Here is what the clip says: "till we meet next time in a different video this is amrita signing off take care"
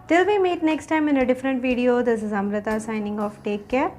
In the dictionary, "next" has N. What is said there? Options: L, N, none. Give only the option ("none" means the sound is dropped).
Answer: N